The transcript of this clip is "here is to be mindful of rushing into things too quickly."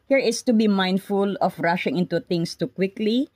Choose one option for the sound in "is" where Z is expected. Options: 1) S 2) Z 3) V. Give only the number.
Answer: 1